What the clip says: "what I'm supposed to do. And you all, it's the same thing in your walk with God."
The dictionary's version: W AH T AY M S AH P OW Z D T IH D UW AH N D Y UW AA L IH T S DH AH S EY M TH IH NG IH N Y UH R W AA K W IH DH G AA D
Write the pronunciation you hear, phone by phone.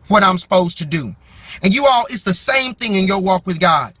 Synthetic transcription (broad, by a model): W AH T AY M S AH P OW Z T IH D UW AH N Y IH AA L IH T S DH AH S EY M TH IH NG IH N Y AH R W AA K W IH DH G AA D